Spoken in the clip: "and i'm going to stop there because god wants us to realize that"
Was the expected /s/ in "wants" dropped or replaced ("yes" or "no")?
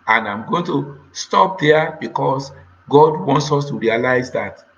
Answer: no